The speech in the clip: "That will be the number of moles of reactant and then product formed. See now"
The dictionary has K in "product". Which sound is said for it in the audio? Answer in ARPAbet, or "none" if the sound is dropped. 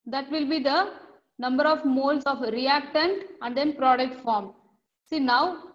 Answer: K